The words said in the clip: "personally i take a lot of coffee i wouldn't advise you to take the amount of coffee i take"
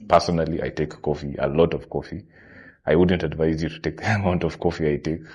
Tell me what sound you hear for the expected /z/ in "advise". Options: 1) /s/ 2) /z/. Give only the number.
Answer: 2